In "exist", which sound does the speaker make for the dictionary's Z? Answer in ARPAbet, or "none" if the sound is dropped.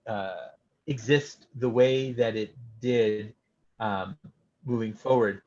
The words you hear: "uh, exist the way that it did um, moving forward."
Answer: Z